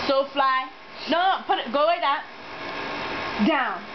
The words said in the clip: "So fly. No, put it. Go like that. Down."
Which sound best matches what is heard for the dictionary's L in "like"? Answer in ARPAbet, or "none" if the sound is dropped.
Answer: W